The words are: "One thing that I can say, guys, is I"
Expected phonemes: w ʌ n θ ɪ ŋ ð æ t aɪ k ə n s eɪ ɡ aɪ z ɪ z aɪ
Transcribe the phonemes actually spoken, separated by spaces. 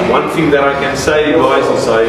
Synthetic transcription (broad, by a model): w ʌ n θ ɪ ŋ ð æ t aɪ k ə n s eɪ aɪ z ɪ s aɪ